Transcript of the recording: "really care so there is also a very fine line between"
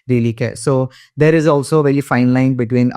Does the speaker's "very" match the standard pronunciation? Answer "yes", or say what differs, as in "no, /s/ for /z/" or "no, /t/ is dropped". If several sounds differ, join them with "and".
no, /l/ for /ɹ/